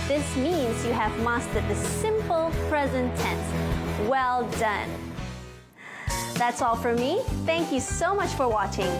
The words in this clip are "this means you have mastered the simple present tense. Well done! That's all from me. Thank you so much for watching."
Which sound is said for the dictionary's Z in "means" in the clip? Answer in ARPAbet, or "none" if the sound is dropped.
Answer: Z